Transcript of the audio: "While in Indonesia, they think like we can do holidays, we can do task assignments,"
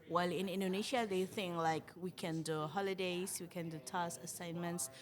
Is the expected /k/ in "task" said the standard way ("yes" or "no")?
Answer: no